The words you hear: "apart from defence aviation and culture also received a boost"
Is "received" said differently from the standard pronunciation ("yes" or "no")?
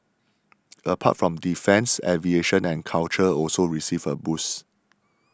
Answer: yes